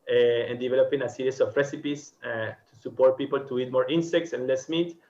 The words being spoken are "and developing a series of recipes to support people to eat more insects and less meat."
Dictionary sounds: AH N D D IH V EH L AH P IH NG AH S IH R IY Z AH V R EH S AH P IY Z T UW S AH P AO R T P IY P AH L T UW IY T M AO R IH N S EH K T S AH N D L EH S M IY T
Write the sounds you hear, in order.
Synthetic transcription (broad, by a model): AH N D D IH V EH L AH P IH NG AH S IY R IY S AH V R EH S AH P IY S T UW S AH P AO R T P IY P AH L T UW IY T M AO R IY N S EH K T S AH N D L EH S M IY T